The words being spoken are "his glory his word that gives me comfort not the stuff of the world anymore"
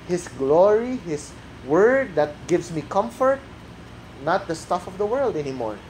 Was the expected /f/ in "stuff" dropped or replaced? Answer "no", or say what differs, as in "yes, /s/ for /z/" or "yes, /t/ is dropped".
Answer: no